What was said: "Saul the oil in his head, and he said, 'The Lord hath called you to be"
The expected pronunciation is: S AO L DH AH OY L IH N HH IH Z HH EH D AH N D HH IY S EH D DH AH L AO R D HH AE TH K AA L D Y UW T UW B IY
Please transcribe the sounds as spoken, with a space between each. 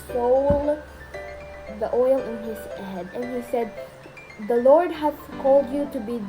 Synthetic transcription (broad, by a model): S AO L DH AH OY L IH N HH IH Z HH EH D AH N HH IY S EH D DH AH L AO R D HH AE S K AA L D Y UW T UW B IY